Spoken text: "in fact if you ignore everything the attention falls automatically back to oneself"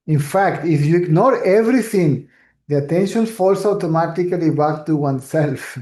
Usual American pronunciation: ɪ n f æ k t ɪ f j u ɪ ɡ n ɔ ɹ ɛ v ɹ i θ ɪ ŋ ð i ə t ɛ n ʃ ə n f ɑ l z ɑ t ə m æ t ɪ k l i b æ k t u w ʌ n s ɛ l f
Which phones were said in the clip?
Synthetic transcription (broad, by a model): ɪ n f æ k t ɪ f j u ɪ ɡ n ɔ ɹ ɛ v ɹ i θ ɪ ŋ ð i ə t ɛ n ʃ ə n f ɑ l s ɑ t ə m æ t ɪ k l i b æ k t u w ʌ n s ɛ l f